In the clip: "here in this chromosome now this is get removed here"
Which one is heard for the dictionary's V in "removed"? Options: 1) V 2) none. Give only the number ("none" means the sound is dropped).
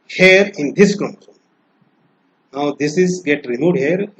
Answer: 2